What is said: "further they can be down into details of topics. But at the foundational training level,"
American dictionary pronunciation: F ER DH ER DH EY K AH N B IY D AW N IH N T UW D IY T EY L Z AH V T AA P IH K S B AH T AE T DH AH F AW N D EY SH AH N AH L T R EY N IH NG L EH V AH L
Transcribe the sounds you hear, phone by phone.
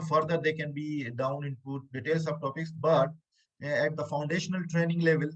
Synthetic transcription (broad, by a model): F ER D ER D EY K AH N B IY D AW N IH N T UW D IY T EY L S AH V T AA P IH K S B AH T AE T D AH F AW N D EY SH AH N AH L T R EY N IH NG L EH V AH L